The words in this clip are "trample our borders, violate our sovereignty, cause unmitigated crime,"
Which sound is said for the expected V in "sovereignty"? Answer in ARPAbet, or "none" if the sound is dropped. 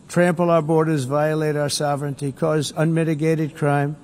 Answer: V